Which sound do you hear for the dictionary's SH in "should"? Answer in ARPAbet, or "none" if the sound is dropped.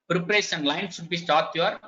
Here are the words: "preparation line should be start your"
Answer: S